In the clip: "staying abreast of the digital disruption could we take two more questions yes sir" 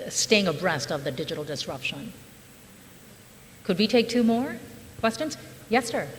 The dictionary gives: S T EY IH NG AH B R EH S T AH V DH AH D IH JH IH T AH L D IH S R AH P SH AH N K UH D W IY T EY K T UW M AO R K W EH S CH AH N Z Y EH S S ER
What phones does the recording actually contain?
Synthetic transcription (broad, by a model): S T EY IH NG AH B R EH S T AH V DH AH D IH JH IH T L D IH S R AH P SH AH N K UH D W IY T EY K T UW M AO R K W EH S CH AH N Z Y EH S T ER